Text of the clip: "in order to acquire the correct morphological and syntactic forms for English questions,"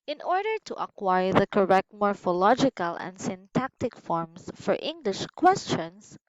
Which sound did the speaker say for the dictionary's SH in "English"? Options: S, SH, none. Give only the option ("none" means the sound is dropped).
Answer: SH